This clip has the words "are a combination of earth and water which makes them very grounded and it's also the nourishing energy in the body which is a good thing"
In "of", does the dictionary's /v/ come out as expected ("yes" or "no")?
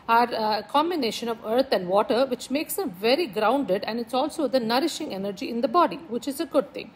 yes